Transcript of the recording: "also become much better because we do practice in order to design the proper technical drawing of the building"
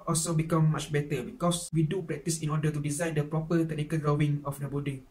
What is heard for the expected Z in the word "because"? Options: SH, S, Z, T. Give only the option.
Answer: S